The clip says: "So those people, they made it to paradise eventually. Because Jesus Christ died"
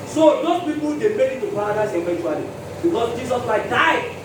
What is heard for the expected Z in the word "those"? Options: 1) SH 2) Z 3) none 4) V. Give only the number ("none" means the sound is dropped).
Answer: 3